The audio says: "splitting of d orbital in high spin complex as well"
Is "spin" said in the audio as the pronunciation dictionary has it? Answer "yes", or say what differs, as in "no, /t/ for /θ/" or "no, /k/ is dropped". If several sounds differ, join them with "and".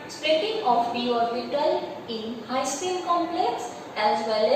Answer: no, /l/ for /n/